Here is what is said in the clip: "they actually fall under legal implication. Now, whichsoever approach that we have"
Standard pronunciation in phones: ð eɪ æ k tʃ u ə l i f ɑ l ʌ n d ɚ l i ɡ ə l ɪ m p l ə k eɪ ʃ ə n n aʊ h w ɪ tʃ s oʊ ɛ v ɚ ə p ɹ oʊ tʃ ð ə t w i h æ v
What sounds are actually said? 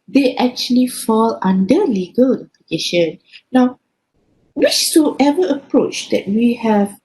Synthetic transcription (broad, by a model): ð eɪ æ k tʃ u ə l i f ɑ l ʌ n d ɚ l i ɡ ə l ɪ p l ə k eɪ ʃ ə n n aʊ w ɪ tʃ s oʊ ɛ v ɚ ə p ɹ oʊ tʃ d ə t w i h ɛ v